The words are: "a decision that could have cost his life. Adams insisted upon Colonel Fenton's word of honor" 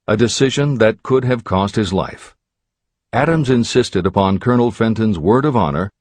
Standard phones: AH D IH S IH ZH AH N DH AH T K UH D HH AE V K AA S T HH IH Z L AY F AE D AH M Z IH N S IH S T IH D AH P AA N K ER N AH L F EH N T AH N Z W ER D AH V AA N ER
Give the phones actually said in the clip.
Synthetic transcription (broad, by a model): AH D IH S IH ZH AH N DH AH T K UH D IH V K AA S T HH IH Z L AY F AE D AH M Z IH N S IH S T IH D AH P AA N K ER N L F EH N T AH N Z W ER D AH V AA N ER